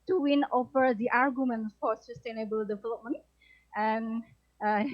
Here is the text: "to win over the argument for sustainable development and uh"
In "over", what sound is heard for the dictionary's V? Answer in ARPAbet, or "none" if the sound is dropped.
F